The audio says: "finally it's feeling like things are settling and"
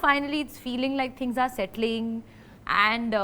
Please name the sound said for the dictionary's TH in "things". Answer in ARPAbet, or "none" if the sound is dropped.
T